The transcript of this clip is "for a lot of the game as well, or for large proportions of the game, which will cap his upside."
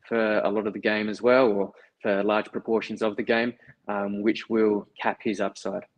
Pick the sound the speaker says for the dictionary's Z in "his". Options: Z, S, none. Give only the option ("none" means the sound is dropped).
Z